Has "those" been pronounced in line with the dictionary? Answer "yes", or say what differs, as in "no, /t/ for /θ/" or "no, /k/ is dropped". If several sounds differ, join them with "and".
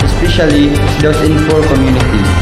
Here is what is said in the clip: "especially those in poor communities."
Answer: no, /s/ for /z/